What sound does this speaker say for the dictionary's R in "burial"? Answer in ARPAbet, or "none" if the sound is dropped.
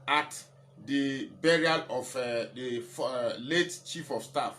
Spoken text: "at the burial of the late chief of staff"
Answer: R